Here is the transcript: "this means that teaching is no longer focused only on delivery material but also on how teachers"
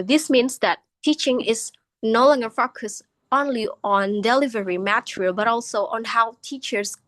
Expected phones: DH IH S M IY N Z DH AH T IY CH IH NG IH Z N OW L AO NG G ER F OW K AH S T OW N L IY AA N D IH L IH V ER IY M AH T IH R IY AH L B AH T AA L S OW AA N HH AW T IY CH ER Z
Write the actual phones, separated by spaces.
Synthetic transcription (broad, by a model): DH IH S M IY N S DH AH T IY CH IH NG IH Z N OW L AO NG G ER F OW K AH S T OW N L IY AA N D IH L IH V ER IY M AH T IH R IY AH L B AH T AA L S OW AA N HH AW T IY CH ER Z